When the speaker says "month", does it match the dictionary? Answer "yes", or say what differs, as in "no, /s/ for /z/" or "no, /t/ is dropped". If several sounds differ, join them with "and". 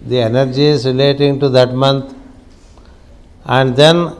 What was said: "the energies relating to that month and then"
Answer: no, /t/ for /θ/